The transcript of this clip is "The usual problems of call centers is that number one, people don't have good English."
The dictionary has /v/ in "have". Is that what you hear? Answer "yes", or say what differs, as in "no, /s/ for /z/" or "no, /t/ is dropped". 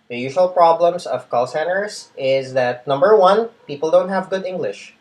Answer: yes